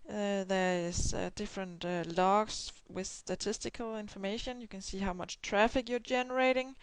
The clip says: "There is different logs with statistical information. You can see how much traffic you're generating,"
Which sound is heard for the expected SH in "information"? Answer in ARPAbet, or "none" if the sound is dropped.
SH